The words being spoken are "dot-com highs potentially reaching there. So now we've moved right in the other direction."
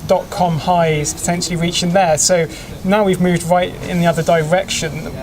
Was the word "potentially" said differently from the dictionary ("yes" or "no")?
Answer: no